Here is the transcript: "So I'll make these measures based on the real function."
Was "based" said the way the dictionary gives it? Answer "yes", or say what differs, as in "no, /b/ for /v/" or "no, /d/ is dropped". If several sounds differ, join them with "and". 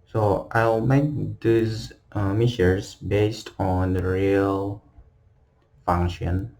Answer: yes